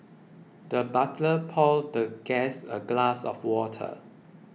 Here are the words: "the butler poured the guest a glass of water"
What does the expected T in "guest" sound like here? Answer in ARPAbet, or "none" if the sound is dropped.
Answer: none